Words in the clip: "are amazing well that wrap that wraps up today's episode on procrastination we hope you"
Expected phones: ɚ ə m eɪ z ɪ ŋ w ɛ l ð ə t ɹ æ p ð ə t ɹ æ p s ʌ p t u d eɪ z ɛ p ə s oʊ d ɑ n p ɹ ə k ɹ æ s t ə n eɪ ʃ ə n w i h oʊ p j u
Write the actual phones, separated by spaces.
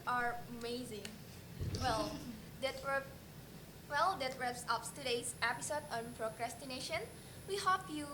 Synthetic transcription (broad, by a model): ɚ ə m eɪ z ɪ ŋ w ɛ l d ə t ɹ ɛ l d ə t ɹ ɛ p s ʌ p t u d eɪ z ɛ p ə s oʊ d ɑ n p ɹ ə k ɹ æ s t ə n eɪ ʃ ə n w i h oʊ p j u